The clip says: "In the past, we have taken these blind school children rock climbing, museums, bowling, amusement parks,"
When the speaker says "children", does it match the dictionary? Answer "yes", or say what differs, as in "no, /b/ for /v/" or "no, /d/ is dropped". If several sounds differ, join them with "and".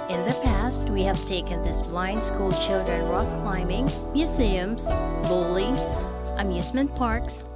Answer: no, /ʃ/ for /tʃ/